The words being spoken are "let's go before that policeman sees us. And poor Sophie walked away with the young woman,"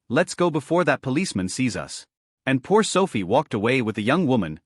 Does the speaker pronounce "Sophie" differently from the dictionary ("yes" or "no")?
no